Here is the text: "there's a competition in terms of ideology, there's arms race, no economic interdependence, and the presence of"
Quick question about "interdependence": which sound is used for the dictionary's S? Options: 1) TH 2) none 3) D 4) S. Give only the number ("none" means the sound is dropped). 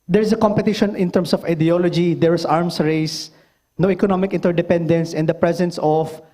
4